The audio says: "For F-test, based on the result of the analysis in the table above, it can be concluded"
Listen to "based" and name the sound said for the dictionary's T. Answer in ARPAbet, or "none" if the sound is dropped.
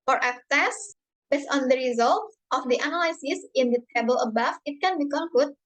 none